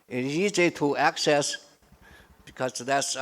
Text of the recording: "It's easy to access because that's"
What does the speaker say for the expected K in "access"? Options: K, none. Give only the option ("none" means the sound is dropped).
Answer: K